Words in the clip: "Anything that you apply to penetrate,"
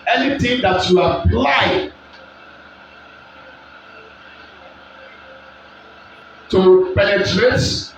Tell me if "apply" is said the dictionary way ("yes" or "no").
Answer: no